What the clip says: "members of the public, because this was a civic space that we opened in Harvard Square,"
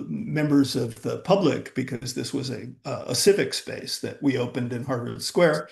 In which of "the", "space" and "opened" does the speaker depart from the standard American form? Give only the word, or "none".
none